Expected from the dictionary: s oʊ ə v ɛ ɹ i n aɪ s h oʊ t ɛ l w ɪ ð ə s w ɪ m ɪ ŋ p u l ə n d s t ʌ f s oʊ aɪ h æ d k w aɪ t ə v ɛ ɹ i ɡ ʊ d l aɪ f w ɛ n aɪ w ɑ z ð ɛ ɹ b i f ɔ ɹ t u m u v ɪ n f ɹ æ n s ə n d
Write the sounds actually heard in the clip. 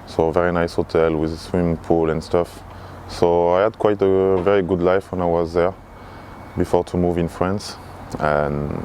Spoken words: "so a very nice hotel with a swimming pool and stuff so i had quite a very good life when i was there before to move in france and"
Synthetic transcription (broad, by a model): s oʊ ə v ɛ ɹ i n aɪ s h oʊ t ɛ l w ɪ ð s w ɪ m p u l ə n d s t ʌ f s oʊ aɪ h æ d k w aɪ t ə v ɛ ɹ i ɡ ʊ d l aɪ f w ɛ n aɪ w ɑ z ð ɛ ɹ b i f ɔ ɹ t u m u v ɪ n f ɹ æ n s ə n